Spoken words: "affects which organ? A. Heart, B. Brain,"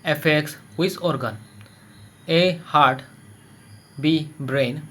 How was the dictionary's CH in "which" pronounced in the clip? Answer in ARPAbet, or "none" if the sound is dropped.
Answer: S